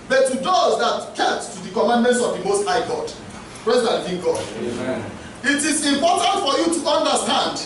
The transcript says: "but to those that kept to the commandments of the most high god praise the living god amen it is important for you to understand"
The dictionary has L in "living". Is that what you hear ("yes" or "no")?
no